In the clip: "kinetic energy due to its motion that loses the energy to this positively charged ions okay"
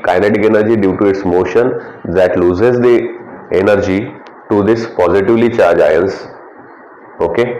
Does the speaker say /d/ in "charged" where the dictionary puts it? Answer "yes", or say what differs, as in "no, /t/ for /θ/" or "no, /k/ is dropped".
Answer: no, /d/ is dropped